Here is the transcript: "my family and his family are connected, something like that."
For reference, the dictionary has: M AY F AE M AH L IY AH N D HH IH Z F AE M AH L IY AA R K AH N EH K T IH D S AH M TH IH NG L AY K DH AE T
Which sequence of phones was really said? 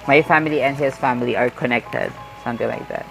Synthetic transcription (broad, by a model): M AY F AE M AH L IY AH N D HH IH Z F AE M AH L IY AA R K AH N EH K T IH D S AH M T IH NG L AY K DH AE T